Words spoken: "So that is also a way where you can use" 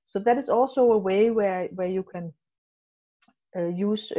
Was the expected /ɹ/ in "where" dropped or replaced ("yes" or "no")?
yes